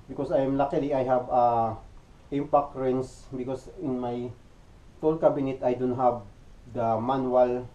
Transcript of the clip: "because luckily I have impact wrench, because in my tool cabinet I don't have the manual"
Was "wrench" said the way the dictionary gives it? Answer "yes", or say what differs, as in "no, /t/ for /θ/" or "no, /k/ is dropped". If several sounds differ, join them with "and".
no, /s/ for /tʃ/